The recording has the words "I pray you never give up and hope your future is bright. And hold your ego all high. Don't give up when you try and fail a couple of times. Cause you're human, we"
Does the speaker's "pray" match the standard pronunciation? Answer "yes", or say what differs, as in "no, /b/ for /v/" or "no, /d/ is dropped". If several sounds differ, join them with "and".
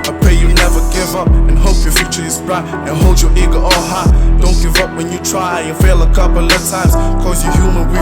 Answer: no, /ɹ/ is dropped